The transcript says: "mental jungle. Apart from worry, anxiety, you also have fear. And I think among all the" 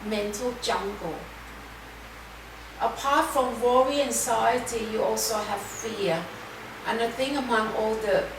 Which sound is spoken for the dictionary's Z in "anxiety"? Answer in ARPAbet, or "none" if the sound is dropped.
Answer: S